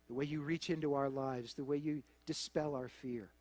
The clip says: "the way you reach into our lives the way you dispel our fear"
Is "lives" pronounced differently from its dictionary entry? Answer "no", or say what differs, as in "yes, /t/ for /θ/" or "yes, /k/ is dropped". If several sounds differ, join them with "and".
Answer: no